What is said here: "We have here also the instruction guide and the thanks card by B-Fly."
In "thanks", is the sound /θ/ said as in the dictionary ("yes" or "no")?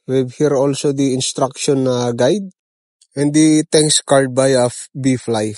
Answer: no